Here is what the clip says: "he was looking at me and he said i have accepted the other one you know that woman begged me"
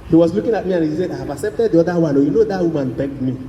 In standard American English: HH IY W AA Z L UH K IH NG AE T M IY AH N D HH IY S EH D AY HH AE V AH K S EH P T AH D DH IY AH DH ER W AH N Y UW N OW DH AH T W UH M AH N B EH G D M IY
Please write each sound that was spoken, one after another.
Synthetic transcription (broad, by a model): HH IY W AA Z L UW K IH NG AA T M IY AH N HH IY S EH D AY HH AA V AH K S EH P T AH D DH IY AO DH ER W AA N Y UW N OW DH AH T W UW M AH N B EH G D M IY